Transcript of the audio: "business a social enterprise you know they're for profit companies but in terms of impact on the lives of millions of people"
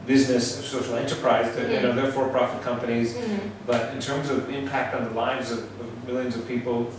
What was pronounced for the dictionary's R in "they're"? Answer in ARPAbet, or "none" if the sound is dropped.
R